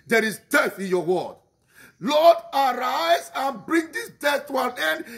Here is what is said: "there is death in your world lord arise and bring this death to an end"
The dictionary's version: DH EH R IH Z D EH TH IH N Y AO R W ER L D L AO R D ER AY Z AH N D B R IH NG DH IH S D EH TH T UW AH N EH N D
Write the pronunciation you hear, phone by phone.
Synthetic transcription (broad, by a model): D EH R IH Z D EH TH IH N Y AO W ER D L AO D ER AY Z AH N B R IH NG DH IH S D EH TH T UW AH N EH N D